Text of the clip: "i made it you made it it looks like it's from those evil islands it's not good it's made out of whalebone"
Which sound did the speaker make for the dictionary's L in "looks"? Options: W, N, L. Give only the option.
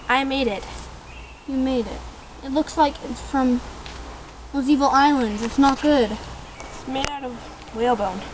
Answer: L